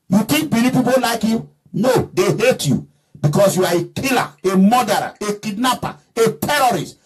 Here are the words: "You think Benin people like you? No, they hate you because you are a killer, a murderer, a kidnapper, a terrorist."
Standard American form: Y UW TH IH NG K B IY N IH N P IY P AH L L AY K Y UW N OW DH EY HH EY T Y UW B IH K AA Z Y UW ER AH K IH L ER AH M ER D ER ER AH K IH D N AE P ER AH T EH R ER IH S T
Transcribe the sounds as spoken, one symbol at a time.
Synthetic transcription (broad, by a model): Y UW T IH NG K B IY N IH P IY P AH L L AY K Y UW N OW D EY HH EY T Y UW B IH K AA S Y UW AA AH K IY L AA AH M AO D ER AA AH K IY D N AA P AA AH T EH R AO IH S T